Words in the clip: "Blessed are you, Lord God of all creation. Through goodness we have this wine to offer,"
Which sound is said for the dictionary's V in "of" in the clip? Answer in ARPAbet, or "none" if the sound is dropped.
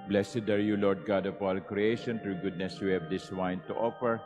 P